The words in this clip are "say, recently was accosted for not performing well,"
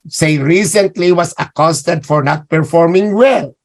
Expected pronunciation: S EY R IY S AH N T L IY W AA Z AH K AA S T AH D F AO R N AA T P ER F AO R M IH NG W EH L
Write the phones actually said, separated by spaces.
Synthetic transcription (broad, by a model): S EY R IY S AH N T L IY W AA S AH K AA S T AH D F AO R N AA T P ER F AO R M IH NG W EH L